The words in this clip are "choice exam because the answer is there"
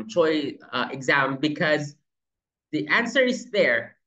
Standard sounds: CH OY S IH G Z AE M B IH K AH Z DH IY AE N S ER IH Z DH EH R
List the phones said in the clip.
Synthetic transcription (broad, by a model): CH OY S IH G Z AE M B IH K AH Z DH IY AE N S ER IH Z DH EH R